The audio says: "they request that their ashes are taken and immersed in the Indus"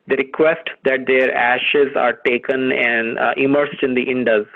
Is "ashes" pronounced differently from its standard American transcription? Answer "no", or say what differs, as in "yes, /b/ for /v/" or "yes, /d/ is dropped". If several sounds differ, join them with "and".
no